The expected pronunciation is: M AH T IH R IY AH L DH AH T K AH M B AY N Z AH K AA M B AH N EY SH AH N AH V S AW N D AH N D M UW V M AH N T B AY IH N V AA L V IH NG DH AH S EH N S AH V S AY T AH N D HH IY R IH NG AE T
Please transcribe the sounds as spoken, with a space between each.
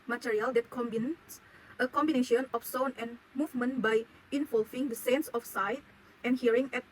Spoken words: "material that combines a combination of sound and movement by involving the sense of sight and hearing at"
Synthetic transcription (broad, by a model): M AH T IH R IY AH L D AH T K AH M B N S AH K AA M B AH N EY SH AH N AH F S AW N AH N M UW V M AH N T B AY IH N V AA L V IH NG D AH S EH N S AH F S AY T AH N HH IY R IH NG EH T